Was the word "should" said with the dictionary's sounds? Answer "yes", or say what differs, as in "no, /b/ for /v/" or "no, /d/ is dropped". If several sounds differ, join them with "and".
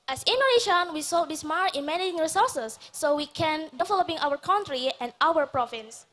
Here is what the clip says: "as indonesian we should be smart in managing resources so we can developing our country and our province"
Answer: no, /s/ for /ʃ/